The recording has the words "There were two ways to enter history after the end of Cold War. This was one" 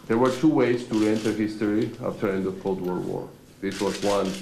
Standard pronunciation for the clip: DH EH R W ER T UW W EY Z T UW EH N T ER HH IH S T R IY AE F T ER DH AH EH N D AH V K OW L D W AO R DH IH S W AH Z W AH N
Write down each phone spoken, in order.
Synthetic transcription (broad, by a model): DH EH R W ER T UW W EY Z T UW EH N T ER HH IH S T R IY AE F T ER EH N D AH V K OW L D W AO R DH IH S W AH Z W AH N